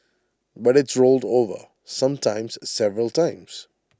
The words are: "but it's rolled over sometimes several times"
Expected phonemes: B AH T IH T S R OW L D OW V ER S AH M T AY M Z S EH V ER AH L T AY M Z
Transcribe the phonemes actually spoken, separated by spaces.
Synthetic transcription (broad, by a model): B AH T IH T S R OW L D OW V ER S AH M T AY M Z S EH V ER AH L T AY M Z